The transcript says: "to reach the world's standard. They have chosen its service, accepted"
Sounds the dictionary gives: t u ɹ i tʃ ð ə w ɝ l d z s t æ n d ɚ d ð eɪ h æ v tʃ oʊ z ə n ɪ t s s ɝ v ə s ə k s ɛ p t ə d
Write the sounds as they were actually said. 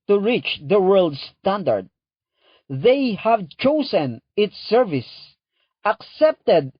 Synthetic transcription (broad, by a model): t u ɹ i tʃ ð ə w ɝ l d s t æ n d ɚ d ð eɪ h æ v tʃ oʊ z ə n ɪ t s s ɝ v ə s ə k s ɛ p t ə d